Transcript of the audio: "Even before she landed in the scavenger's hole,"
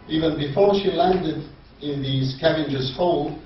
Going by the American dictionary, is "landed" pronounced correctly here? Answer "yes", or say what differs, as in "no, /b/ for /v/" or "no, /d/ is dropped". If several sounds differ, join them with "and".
yes